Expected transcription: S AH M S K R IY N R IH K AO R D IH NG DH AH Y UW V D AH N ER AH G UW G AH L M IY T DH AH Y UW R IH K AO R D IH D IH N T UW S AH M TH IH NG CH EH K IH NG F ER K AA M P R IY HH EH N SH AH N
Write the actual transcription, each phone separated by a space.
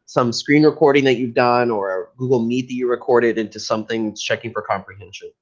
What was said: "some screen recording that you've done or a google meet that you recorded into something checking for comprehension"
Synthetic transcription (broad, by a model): S AH M S K R IY N R IH K AO R D IH NG DH AH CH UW V D AH N ER AH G UW G L M IY T DH AH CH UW R IH K AO R D IH D IH N T UW S AH M TH IH NG CH EH K IH NG F ER K AA M P R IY HH EH N SH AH N